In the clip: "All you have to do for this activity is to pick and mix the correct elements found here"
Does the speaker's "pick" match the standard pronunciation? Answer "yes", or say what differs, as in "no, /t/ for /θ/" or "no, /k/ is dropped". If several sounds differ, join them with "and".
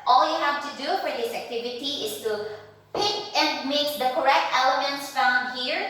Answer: yes